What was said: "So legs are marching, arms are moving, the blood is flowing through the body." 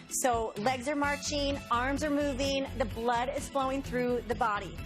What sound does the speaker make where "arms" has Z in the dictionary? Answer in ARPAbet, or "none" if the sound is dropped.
Z